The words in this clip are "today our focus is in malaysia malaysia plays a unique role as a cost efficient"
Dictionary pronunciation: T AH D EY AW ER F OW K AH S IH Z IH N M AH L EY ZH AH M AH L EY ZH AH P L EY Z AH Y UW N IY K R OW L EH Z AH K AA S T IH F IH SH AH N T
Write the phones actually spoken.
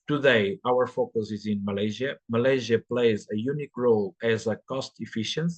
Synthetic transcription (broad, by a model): T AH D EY AW ER F OW K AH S IH Z IH N M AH L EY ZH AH M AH L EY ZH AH P L EY Z AH Y UW N IY K R OW L EH Z AH K AA S T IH F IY SH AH N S